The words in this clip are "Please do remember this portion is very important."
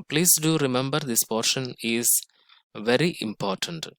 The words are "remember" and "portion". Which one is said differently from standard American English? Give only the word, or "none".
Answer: none